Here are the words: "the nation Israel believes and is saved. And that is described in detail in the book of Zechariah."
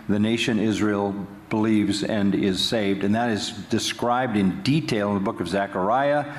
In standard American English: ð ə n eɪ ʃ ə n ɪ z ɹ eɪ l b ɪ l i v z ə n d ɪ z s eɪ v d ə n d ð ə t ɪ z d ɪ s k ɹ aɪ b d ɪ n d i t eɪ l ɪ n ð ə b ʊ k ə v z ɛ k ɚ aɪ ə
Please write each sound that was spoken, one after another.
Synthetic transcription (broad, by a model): ð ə n eɪ ʃ ə n ɪ z ɹ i l b ɪ l i v z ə n ɪ z s eɪ v d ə n ð ə t ɪ z d ɪ s k ɹ aɪ b d ɪ n d i t eɪ l ɪ n ð ə b ʊ k ə v z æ k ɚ aɪ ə